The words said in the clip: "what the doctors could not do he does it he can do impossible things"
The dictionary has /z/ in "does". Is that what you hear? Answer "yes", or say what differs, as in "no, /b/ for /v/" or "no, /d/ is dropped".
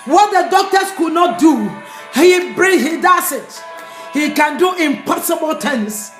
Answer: no, /s/ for /z/